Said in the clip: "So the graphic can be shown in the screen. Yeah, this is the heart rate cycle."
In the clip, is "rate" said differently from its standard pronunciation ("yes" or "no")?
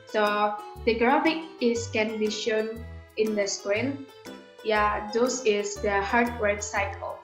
yes